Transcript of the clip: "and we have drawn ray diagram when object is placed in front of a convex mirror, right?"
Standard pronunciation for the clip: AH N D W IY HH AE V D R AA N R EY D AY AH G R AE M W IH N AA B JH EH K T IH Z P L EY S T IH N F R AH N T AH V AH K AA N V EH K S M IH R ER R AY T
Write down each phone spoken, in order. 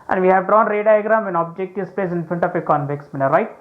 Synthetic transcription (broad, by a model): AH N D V IY HH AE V D R AA N R EY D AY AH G R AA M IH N AA B JH EH K T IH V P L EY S IH N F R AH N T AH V AH K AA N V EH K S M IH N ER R AY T